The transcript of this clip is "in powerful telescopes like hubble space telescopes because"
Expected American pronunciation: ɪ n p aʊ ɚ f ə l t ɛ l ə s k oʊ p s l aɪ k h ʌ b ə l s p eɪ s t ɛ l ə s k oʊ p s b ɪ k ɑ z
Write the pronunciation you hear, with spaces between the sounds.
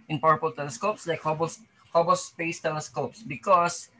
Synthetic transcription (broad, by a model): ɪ n p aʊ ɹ p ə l t ɛ l ə s k oʊ p s l aɪ k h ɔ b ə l s p eɪ s t ɛ l ə s k oʊ p s b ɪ k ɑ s